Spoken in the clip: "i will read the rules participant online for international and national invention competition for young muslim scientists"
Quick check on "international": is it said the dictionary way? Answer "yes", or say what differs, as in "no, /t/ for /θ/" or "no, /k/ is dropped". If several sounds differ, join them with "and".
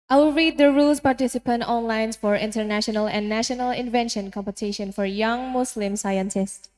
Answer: yes